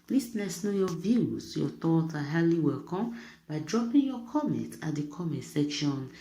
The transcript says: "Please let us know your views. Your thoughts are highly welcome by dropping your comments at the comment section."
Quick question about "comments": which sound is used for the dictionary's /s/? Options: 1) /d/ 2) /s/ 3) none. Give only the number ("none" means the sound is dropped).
3